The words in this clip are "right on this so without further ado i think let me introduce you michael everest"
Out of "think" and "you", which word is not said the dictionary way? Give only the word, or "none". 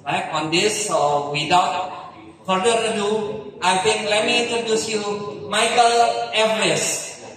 think